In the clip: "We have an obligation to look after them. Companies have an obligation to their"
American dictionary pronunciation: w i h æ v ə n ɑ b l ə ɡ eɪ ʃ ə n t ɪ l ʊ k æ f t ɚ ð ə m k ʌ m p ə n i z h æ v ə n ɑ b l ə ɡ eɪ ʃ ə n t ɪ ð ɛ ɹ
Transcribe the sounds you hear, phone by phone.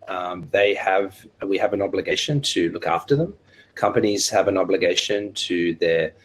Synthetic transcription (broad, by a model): w i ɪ v ə n ɑ b l ə ɡ eɪ ʃ ə n t ɪ l ʊ k æ f t ɚ ð ə m k ʌ m p ə n i z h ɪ v ə n ɑ b l ə ɡ eɪ ʃ ə n t ɪ ð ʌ ɹ